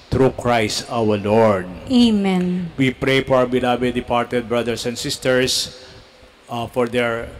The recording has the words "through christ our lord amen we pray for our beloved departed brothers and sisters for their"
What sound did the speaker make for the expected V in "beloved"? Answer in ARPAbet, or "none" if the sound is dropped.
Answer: B